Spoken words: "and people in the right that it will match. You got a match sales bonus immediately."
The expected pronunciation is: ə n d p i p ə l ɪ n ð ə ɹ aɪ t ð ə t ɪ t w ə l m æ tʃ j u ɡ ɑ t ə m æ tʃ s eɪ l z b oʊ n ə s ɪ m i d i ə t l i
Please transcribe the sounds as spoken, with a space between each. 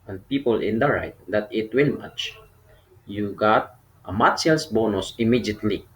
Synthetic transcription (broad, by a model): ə n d p i p ə l ɪ n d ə ɹ aɪ t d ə t ɪ t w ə n m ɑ tʃ j u ɡ ɑ t ə m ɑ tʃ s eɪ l s b oʊ n ə s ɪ m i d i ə t l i